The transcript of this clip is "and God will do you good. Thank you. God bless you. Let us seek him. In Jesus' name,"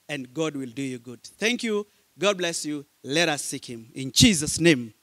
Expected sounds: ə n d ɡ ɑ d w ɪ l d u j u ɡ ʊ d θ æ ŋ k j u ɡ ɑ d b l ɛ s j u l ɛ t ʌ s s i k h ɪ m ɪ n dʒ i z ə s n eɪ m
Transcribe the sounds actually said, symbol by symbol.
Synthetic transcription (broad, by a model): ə n ɡ ɑ d w ɪ l d u j u ɡ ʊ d θ æ ŋ k j u ɡ ɑ d b l ɛ s j u l ɛ t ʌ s s i k h ɪ m ɪ n dʒ i z ə s n eɪ m